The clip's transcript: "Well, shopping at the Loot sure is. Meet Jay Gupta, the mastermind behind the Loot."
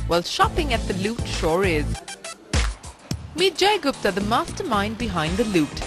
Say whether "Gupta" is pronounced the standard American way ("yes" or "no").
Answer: no